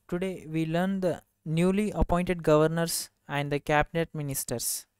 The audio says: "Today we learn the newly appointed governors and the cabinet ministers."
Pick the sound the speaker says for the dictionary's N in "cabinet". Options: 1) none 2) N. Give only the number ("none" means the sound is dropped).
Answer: 2